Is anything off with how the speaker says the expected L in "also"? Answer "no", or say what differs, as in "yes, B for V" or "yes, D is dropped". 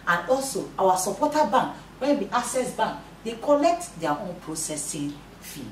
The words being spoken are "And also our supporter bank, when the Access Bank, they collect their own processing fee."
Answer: no